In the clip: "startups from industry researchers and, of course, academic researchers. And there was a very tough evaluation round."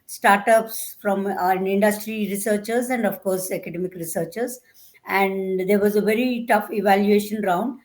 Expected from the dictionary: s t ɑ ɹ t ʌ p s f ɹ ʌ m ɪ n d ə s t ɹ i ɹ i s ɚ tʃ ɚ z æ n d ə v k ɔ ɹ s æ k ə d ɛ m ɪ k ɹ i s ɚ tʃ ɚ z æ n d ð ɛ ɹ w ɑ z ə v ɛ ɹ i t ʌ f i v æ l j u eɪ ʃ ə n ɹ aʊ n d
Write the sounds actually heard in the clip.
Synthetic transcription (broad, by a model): s t ɑ ɹ t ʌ p s f ɹ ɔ m ɪ n d ə s t ɹ i ɹ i s ɚ tʃ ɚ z æ n d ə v k ɔ ɹ s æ k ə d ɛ m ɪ k ɹ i s ɚ tʃ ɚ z æ n d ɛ ɹ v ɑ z ə v ɛ ɹ i t ʌ f i v æ l j u eɪ ʃ ə n ɹ aʊ n d